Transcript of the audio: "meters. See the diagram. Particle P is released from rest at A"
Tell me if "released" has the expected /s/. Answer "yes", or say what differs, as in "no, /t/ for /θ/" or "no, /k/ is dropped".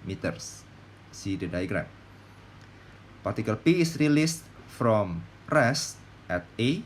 yes